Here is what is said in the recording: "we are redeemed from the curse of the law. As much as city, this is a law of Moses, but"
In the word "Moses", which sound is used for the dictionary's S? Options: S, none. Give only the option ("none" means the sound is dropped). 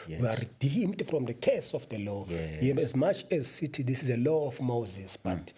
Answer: S